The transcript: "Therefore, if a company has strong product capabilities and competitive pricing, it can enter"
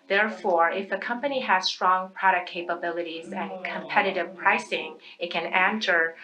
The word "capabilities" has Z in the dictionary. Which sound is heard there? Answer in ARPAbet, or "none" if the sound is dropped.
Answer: Z